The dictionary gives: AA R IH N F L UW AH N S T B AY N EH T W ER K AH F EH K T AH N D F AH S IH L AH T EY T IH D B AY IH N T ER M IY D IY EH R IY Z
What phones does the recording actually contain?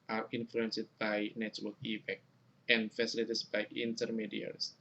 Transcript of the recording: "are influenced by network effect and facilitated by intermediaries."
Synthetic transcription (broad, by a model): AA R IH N F L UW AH N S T B AY N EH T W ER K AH P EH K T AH N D F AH S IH L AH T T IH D B AY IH N T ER M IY D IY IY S